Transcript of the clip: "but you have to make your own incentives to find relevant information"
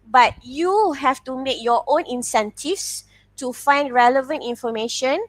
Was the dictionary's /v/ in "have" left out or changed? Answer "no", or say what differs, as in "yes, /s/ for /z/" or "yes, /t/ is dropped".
yes, /f/ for /v/